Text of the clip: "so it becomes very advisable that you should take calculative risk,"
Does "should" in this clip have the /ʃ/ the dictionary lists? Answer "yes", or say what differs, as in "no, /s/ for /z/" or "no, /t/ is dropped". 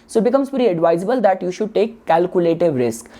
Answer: yes